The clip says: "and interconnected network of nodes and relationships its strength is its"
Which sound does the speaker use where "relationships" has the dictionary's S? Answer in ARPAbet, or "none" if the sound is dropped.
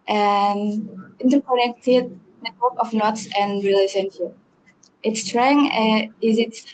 none